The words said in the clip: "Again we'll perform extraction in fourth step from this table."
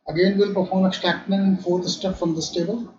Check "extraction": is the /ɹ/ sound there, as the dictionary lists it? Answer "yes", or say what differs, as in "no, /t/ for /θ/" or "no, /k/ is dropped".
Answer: no, /ɹ/ is dropped